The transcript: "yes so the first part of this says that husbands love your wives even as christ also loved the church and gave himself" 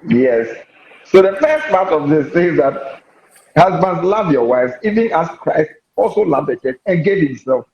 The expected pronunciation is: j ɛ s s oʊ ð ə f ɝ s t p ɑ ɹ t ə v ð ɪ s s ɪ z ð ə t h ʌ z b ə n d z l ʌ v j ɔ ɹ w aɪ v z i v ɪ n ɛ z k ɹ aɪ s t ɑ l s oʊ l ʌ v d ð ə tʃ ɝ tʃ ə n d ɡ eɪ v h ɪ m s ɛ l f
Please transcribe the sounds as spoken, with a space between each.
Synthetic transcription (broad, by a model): j ɛ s s oʊ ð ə f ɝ s t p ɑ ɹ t ə v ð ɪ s θ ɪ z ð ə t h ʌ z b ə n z l ʌ v j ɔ w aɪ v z i v ɪ n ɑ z k ɹ aɪ s t ɑ l s oʊ l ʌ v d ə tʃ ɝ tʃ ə n ɡ eɪ v h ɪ m s ɛ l f